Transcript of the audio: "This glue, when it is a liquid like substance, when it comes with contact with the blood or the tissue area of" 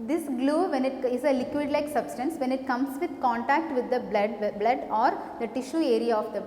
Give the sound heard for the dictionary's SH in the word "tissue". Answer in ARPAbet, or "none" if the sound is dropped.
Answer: SH